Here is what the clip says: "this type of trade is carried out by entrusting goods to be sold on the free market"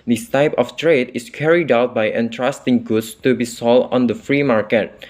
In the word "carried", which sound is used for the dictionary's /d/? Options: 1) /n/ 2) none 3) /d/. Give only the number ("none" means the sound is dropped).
3